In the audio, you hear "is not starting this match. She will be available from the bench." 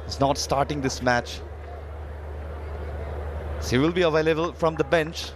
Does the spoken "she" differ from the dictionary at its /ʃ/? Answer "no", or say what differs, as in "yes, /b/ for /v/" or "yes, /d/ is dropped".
yes, /s/ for /ʃ/